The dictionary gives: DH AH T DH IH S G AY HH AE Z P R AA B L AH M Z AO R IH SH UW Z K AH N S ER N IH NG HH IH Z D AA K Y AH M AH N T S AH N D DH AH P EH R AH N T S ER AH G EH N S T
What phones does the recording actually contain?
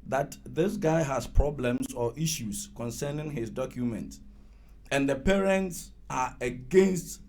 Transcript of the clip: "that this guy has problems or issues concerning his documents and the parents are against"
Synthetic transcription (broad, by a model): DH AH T DH IH S G AY HH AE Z P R AA B L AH M S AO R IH SH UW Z K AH N S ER N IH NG HH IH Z D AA K Y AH M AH N T AH N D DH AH P EH R AH N T S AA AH G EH N S T